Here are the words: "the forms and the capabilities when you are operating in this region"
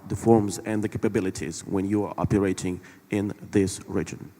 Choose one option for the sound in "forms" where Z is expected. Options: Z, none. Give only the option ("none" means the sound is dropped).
Z